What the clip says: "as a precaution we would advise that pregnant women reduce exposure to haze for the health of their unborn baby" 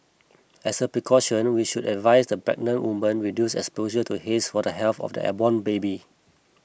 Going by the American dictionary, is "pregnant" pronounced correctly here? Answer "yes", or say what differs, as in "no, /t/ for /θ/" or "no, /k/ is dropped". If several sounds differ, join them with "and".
no, /b/ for /p/